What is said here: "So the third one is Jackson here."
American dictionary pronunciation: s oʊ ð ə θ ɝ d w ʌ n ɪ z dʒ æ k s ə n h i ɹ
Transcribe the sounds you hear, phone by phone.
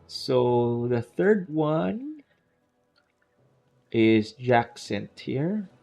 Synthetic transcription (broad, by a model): s oʊ ð ə θ ɝ d w ʌ n ɪ z dʒ æ k s ə n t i ɹ